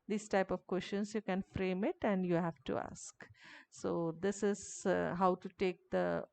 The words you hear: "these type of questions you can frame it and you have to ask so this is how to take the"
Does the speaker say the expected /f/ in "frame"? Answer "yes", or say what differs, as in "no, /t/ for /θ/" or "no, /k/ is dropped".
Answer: yes